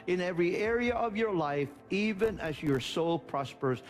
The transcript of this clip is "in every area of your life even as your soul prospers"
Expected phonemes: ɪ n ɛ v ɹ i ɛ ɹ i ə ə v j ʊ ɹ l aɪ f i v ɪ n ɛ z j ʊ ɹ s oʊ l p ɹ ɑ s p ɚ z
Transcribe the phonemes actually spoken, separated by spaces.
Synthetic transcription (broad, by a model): ɪ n ɛ v ɹ i ɛ ɹ i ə ə v j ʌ ɹ l aɪ f i v ɪ n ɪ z j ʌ ɹ s oʊ l p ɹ ɑ s p ɚ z